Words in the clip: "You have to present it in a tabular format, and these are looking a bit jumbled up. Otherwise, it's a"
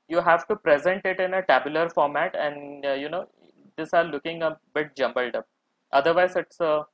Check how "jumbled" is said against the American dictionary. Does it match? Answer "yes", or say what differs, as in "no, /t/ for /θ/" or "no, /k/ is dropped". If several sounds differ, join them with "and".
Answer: yes